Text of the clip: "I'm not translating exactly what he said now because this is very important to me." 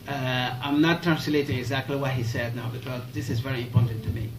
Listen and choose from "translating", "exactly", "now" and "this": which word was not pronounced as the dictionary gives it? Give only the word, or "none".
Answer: none